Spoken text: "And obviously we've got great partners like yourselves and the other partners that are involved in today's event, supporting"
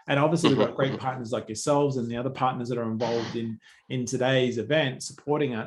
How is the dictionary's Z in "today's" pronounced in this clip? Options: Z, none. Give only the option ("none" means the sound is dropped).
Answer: Z